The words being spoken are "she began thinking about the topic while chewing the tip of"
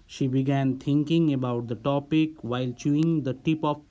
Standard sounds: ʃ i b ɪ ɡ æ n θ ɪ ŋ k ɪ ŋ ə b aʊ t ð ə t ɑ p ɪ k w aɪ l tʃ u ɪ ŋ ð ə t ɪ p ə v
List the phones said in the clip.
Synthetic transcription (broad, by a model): ʃ i b ɪ ɡ æ n t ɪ ŋ k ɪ ŋ ə b aʊ t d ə t ɑ p ɪ k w aɪ l tʃ u ɪ ŋ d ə t ɪ p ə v